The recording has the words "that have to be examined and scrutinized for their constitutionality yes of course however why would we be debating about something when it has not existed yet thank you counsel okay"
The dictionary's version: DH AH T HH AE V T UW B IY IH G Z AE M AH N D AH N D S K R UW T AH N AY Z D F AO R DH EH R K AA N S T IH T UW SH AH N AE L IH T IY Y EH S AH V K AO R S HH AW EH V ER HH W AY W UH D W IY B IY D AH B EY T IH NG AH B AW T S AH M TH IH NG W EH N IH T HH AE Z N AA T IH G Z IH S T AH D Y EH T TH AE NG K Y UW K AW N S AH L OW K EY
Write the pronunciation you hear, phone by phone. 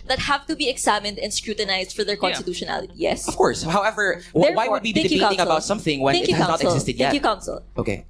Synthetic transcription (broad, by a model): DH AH T HH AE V T UW B IY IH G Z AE M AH N D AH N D S K R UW T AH N AY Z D F AO R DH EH R K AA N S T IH T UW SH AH N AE L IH T IY Y EH S AH V K AO R S HH AW EH V ER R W AY W UH D W IY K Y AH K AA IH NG AH B AW T S AH M TH IH NG W EH N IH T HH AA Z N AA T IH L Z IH S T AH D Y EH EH K Y UW K AW N S AH L OW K EY